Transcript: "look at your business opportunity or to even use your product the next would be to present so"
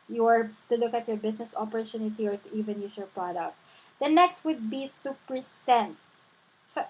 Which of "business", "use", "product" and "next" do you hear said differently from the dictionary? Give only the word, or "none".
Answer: business